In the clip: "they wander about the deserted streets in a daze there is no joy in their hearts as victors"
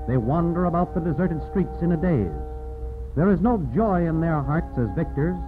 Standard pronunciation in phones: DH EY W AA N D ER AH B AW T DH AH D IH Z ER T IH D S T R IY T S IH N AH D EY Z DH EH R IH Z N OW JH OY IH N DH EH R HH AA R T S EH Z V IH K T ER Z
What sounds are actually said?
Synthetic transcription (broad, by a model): DH EY W AA N D ER AH B AW T DH AH D IH Z ER T IH D S T R IY T S IH N AH D EY Z DH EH R IH Z N OW JH OY IH N DH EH R HH AA R T S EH Z V IH K T ER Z